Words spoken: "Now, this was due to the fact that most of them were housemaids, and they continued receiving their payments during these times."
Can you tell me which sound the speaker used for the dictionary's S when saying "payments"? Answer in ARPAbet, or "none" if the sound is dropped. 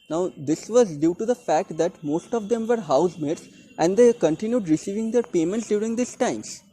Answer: S